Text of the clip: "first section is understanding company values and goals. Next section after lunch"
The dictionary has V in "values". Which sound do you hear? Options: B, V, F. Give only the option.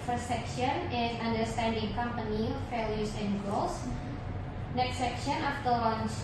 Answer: F